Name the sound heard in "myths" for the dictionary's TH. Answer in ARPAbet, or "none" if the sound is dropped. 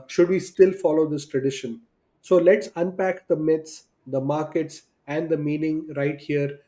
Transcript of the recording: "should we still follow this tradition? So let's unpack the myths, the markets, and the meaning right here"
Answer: T